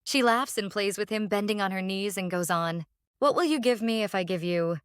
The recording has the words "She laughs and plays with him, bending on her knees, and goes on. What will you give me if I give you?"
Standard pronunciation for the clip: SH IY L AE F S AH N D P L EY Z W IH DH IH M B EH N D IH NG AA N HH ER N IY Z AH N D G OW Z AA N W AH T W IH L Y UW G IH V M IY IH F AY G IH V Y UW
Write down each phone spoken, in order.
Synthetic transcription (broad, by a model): SH IY L AE F S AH N P L EY Z W IH DH IH M B EH N D IH NG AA N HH ER N IY Z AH N G OW Z N W AH T W IH L Y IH G IH V M IY IH F AY G IH V Y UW